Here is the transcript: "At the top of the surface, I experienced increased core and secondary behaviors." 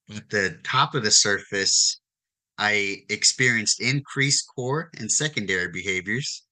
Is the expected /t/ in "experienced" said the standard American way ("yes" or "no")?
yes